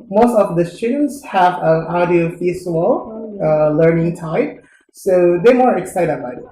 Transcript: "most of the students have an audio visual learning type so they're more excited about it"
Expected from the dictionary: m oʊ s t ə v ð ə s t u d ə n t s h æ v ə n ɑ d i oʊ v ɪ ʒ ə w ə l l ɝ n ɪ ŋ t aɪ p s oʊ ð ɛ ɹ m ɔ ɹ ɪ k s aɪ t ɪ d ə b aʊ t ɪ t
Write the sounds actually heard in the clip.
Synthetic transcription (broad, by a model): m oʊ s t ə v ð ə s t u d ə n t s h æ v ə n ɑ d i oʊ f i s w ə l l ɝ n ɪ ŋ t aɪ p s oʊ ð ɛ m ɔ ɹ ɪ k s aɪ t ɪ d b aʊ ɪ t